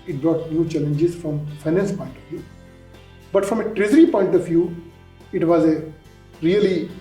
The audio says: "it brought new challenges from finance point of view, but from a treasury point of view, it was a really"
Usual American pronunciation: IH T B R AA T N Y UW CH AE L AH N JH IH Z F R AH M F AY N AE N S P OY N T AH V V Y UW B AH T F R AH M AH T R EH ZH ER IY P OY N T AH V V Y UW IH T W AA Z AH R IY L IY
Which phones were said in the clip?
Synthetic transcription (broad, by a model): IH T B R AA T N Y UW CH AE L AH N JH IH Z F R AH M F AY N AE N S P OY N T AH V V Y UW B AH T F R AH M AH T R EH Z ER IY P OY N T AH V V Y UW IH T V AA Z AH R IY L IY